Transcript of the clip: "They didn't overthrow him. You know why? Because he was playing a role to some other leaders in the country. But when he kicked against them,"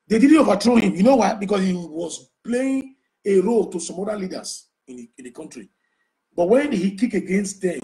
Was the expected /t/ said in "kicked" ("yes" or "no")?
no